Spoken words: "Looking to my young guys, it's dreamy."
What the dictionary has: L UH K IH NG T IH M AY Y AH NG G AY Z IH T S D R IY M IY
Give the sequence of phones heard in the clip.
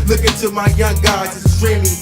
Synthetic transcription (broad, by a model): L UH K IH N T IH M AY Y AH NG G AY IH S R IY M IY